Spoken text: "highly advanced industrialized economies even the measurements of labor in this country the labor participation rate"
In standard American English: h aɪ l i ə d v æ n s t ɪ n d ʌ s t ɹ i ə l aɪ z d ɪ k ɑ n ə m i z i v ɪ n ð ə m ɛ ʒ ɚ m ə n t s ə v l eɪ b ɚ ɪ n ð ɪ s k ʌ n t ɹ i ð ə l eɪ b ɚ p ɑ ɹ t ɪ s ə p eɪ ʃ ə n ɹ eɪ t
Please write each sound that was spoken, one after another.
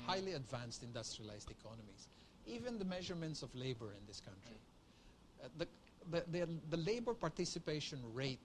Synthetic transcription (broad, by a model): h aɪ l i ə d v æ n s t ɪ n d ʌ s t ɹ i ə l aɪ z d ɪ k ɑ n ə m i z i v ɪ n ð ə m ɛ ʒ ɚ m ə n t s ə v l eɪ b ɚ ɪ n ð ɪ s k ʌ n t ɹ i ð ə l eɪ b ɚ p ɑ ɹ t ɪ s ə p eɪ ʃ ə n ɹ eɪ t